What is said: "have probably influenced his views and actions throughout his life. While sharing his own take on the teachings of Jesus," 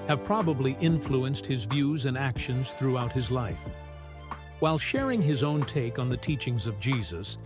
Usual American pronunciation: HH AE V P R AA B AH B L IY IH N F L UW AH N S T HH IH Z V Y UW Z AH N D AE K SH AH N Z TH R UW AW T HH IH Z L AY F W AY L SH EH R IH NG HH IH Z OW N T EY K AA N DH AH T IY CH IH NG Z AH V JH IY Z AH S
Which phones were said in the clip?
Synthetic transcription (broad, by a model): HH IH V P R AA B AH B L IY IH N F L UW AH N S T HH IH Z V Y UW Z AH N AE K SH AH N Z TH R UW AW T HH IH Z L AY F W AY L SH EH R IH NG IH Z OW N T EY K N DH AH T IY CH IH NG Z AH V JH IY Z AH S